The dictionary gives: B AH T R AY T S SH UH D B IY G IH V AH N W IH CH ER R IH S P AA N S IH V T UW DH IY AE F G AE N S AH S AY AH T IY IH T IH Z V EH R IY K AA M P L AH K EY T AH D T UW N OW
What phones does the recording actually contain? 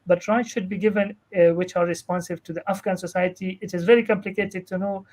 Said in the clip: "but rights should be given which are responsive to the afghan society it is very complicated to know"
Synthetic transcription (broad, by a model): B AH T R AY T SH UH D B IY G IH V AH N W IH CH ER R IH S P AA N S IH V T UW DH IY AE F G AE N S AH S AY AH T IY IH T IH Z V EH R IY K AA M P L AH K EY T AH D T UW N OW